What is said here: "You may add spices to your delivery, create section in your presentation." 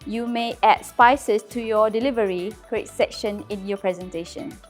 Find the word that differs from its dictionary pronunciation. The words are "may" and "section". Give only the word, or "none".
none